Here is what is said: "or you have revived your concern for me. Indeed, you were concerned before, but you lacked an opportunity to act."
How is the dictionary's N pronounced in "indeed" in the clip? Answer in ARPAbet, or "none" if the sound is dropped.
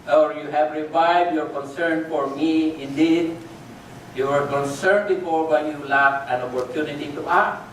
N